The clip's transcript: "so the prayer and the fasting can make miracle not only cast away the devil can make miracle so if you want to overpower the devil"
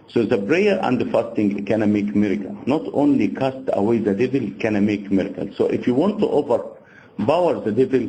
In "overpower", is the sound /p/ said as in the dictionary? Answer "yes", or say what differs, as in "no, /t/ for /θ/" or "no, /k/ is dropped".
no, /b/ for /p/